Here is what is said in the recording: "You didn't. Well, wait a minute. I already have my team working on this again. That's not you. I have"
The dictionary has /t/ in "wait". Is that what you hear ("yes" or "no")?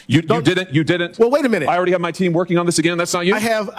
yes